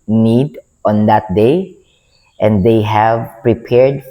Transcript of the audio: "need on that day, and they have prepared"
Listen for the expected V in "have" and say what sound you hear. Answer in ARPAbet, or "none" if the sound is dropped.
V